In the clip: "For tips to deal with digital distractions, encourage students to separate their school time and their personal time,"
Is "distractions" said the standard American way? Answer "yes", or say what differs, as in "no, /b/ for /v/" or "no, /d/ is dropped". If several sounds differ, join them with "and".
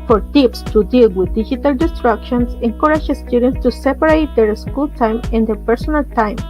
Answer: no, /s/ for /z/